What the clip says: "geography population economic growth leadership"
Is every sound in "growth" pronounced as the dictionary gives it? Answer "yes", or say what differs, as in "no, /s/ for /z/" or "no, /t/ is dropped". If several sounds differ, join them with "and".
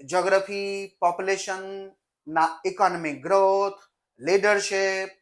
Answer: no, /t/ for /θ/